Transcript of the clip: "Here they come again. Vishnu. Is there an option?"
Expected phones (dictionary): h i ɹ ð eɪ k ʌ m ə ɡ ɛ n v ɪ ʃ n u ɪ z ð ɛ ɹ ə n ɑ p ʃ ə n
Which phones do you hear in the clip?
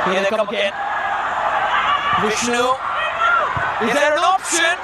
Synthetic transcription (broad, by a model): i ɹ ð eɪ k ʌ m ə ɡ ɛ n w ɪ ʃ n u ɪ z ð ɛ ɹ ə n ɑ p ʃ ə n